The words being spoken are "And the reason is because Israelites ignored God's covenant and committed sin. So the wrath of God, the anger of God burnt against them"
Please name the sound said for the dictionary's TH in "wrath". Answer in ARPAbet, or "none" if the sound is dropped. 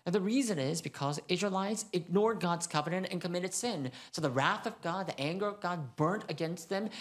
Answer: TH